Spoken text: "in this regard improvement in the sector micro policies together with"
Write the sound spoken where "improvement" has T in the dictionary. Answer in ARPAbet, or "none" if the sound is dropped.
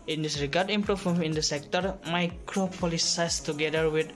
none